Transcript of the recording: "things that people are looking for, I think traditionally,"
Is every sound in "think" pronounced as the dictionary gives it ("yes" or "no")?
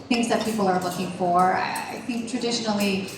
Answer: yes